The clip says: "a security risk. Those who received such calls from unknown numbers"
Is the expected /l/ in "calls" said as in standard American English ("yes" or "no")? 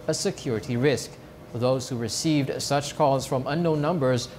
no